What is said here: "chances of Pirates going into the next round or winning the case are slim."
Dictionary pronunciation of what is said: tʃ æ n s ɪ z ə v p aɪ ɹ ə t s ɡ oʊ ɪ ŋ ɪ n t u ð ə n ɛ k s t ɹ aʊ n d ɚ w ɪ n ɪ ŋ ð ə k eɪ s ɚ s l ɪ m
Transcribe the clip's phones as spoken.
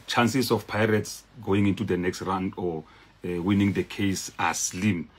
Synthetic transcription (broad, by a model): tʃ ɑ n s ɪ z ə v p aɪ ɹ ə t s ɡ oʊ ɪ ŋ ɪ n t u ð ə n ɛ k s t ɹ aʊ n d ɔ w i n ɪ ŋ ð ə k eɪ s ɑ s l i m